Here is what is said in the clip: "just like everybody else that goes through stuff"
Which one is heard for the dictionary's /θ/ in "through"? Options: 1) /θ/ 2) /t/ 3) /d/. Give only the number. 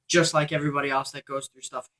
1